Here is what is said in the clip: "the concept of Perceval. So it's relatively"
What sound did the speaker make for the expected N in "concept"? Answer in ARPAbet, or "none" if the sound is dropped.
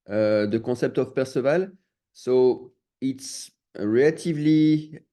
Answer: none